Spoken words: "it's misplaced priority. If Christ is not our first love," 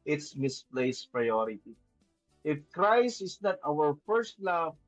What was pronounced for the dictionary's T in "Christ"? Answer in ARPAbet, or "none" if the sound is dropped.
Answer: none